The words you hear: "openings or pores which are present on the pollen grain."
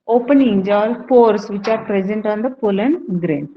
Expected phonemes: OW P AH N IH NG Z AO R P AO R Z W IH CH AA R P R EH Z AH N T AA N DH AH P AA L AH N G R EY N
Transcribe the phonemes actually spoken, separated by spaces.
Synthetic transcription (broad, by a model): OW P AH N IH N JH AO L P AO R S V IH CH AA R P R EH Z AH N T AA N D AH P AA L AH N G R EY N